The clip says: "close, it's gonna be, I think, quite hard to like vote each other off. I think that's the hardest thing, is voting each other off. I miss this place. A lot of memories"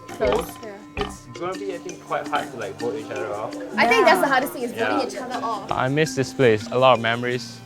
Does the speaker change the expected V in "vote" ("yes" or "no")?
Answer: yes